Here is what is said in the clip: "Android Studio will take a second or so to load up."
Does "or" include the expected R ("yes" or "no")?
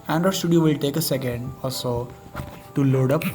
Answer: no